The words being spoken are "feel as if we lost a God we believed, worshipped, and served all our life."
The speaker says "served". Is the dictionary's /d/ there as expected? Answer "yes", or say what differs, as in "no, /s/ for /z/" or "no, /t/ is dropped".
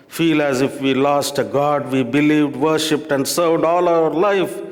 yes